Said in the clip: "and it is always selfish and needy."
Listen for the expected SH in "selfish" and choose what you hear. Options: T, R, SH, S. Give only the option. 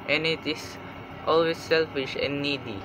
SH